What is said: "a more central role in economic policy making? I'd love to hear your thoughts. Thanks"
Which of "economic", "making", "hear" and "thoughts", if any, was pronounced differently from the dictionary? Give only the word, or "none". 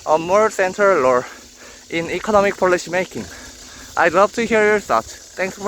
thoughts